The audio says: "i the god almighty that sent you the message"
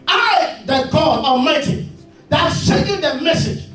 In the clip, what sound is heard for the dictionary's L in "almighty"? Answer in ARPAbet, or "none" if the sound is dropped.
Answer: none